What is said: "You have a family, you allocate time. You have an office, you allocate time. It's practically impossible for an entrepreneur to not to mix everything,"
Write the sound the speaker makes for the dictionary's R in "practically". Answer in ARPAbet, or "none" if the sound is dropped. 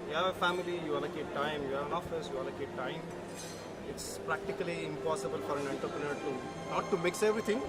R